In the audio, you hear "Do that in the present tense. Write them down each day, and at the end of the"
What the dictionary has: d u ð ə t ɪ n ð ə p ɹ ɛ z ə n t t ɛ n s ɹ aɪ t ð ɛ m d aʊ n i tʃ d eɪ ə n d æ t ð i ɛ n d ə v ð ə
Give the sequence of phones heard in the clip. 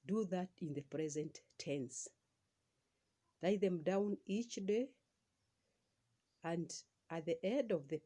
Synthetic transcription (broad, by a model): d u ð ə t ɪ n ð ə p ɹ ɛ z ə n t t ɛ n s l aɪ ð ɛ m d aʊ n i tʃ d eɪ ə n d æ t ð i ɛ d ə v ð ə